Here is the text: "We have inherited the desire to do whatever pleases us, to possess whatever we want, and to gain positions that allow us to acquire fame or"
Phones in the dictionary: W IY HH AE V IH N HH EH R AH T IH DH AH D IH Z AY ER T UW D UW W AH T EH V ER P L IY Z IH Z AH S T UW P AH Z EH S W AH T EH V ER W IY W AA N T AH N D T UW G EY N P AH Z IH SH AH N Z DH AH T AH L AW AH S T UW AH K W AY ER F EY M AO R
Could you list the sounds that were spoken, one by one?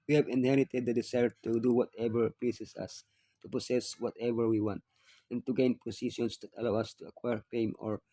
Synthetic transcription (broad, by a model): W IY HH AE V IH N HH EH R AH T IH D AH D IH S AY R T UW D UW W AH T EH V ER P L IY S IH S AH S T UW P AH S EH S W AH T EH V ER W IY W AA N T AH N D T UW G EY N P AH S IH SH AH N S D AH T AH L AW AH S T UW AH K W AY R P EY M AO R